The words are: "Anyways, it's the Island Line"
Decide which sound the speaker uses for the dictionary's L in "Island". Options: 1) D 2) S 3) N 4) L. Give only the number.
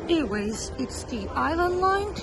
4